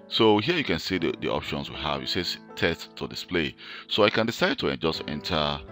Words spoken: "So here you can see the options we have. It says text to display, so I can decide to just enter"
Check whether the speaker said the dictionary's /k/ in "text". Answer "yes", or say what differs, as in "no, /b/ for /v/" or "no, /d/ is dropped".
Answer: no, /k/ is dropped